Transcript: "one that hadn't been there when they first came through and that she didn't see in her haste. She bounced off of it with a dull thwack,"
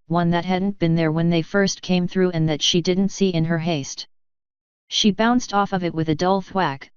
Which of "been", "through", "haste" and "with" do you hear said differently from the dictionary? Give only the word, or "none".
none